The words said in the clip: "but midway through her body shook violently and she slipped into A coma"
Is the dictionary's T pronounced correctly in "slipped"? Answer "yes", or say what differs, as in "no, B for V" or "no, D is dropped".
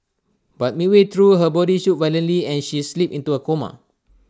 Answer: no, T is dropped